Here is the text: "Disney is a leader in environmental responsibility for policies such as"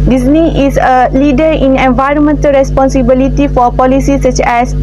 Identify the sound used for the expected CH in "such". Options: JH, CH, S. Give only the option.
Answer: CH